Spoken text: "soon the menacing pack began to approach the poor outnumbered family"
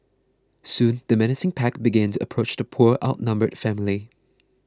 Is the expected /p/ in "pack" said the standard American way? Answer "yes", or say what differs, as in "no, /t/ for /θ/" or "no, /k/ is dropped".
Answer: yes